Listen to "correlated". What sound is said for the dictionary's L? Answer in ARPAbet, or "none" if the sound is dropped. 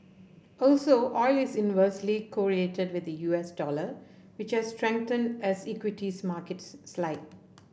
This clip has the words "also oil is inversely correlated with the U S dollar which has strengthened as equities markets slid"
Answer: none